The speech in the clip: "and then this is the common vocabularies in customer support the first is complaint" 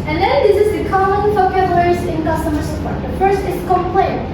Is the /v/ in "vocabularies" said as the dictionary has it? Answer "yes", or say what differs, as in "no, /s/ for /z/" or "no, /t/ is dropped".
no, /f/ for /v/